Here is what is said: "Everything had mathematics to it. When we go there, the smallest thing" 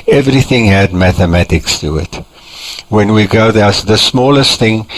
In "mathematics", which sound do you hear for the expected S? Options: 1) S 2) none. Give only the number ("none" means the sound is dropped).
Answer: 1